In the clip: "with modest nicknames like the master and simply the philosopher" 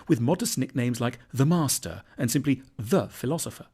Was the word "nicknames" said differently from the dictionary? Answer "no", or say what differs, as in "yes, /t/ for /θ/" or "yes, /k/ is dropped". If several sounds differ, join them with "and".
no